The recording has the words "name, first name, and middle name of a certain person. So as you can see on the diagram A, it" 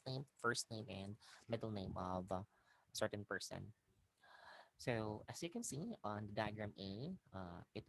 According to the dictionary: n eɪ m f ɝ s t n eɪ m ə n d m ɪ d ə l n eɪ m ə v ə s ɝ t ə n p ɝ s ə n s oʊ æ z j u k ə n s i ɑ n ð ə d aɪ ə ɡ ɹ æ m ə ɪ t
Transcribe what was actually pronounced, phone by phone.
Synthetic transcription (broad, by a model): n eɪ m f ɝ s t n eɪ m ə n d m ɪ d ə l n eɪ m ə v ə s ɝ t ə n p ɝ s ə n s oʊ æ s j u k ə n s i ɑ n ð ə d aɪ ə ɡ ɹ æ m ə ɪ t